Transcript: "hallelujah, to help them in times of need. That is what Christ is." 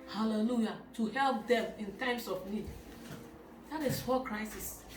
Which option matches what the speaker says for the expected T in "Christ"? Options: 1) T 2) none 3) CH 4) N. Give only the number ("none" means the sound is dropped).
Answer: 2